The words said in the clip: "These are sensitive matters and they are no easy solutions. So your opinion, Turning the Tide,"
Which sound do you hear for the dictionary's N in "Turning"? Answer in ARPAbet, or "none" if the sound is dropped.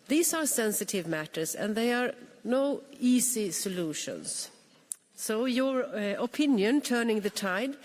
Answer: N